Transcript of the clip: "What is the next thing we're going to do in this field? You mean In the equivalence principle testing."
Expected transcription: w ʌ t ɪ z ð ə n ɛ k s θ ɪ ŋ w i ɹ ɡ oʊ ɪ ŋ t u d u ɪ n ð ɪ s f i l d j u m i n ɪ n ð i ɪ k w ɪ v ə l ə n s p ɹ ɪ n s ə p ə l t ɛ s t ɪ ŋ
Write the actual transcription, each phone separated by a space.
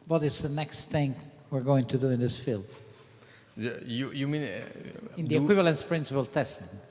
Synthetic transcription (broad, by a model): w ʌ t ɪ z ð ə n ɛ k s θ ɪ ŋ w i ɹ ɡ oʊ ɪ ŋ t u d u ɪ n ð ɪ s f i l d j u m i n ɪ n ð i ɪ k w ɪ v ə l ə n s p ɹ ɪ n s ə p ə l t ɛ s t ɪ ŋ